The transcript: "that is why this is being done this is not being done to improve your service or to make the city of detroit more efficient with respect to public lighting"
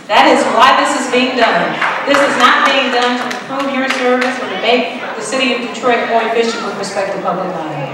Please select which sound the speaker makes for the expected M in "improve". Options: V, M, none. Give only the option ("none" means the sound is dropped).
none